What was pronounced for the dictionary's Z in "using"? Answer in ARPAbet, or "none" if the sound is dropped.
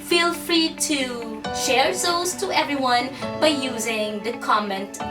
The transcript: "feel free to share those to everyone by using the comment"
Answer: Z